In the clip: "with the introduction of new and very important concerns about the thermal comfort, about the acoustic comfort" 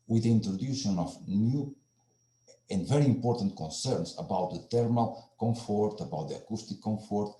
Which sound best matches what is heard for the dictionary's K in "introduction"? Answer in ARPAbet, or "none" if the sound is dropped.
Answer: none